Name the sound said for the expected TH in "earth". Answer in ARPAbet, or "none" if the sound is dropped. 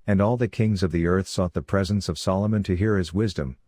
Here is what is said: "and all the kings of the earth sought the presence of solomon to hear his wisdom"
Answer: TH